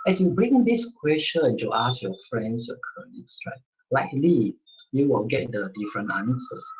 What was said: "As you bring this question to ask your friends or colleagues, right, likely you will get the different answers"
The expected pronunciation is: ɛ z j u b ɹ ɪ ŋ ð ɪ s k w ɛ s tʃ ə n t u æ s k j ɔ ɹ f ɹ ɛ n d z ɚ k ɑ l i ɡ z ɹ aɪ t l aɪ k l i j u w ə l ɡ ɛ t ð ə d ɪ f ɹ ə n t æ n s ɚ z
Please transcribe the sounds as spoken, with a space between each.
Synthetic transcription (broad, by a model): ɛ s j u b ɹ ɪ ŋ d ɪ s k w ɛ s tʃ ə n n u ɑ s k j ɔ f ɹ ɛ n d s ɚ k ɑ n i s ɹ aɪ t l aɪ k l i j u w ə l ɡ ɛ t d ə d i f ɹ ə n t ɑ n s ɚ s